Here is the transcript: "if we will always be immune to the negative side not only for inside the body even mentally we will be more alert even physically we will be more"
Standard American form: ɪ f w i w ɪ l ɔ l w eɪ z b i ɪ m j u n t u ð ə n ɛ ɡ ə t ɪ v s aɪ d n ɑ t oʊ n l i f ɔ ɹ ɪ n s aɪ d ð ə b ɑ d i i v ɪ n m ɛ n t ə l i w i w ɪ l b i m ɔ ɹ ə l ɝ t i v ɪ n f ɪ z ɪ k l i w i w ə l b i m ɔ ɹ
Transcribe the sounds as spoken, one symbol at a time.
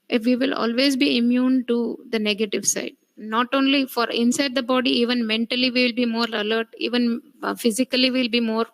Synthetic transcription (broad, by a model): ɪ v i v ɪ l ɔ l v eɪ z b i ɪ m j u n t u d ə n ɛ ɡ ə t ɪ v s aɪ d n ɑ t oʊ n l i f ɔ ɹ ɪ n s aɪ d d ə b ɑ d i i v ɪ n m ɛ n t ə l i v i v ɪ l b i m ɔ ɹ ə l ɝ t i v ɪ n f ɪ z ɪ k i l i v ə l b i m ɔ ɹ